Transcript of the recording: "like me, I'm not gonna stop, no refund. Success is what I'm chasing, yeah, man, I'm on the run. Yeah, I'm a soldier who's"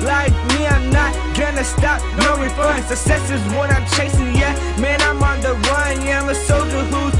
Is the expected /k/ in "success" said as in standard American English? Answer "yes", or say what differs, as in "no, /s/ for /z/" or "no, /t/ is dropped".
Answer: no, /k/ is dropped